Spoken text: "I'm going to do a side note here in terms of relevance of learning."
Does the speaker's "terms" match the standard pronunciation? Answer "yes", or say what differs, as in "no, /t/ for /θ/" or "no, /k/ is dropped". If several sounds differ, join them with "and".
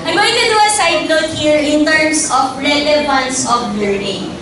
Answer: no, /s/ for /z/